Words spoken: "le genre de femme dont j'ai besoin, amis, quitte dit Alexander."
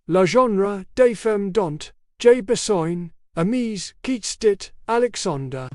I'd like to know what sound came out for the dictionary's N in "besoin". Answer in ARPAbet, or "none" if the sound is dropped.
N